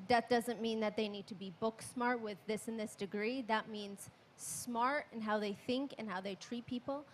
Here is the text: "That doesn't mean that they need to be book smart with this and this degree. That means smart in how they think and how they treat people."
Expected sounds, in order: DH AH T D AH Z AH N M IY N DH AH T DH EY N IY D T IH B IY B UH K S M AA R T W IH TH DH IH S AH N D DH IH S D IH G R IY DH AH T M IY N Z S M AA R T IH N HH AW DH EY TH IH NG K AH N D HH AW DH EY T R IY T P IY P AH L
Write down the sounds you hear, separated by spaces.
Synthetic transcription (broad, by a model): DH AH T D AH Z AH N M IY N DH AH T DH EY N IY D T IH B IY B UH K S M AA R T W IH DH IH S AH N DH IH S D IH G R IY DH AH T M IY N Z S M AA R T IH N HH AW DH EY TH IH NG K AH N HH AW DH EY T R IY T P IY P L